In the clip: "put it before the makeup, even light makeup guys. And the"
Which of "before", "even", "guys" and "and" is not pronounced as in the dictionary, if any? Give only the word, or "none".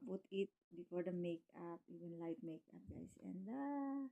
guys